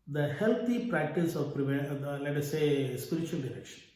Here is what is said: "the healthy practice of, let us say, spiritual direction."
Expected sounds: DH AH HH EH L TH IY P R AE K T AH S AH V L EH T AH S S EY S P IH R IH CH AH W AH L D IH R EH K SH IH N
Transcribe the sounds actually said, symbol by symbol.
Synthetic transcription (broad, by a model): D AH HH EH L T IY P R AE K T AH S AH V L EH T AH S S EY S P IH R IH CH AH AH L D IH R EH K SH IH N